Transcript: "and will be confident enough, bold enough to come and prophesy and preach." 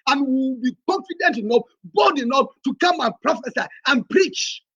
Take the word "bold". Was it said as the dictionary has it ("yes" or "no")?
no